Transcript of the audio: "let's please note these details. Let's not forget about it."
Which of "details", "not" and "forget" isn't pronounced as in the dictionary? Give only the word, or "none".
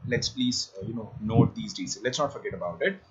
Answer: details